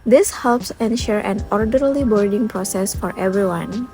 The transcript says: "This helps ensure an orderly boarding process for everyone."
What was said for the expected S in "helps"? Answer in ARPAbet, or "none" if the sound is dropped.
S